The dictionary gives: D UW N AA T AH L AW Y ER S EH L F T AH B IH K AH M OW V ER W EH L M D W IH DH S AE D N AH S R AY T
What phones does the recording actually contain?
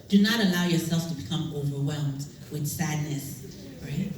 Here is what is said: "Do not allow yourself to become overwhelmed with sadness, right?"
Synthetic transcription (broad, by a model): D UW N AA T AH L AW Y ER S EH L F T AH B IH K AH M OW V ER W EH L M D W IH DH S AE D N AH S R AY T